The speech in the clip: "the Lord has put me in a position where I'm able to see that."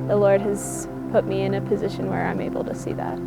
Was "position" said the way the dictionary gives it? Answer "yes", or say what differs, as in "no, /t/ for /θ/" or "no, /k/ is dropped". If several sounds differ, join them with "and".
yes